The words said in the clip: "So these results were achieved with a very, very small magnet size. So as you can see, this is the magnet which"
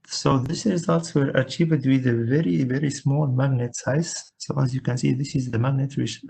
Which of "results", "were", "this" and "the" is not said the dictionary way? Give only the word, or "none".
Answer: none